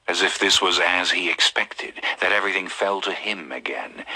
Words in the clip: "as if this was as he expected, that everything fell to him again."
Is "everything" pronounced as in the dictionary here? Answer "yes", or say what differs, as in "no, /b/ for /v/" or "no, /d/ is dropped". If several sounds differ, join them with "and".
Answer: yes